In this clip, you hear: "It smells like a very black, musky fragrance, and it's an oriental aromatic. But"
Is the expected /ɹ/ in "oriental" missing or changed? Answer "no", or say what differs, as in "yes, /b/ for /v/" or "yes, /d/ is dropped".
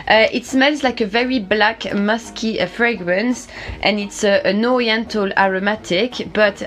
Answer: no